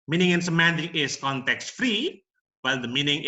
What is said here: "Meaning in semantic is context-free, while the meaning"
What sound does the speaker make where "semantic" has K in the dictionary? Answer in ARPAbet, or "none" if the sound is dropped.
none